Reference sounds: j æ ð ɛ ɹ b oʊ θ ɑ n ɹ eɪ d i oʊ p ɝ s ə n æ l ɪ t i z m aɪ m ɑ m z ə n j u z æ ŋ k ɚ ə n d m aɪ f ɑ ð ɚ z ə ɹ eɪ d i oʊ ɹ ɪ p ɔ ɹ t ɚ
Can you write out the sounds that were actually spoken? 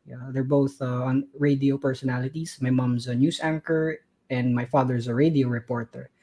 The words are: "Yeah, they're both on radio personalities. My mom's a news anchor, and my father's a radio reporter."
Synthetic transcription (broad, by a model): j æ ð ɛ ɹ b oʊ θ ɑ n ɹ eɪ d i oʊ p ɝ s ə n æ l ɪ t i s m aɪ m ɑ m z ə n j u s æ ŋ k ɚ ə n d m aɪ f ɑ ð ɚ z ə ɹ eɪ d i oʊ ɹ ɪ p ɔ ɹ t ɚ